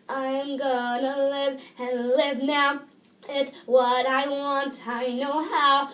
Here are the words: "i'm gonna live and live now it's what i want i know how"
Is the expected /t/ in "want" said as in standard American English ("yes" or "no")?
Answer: yes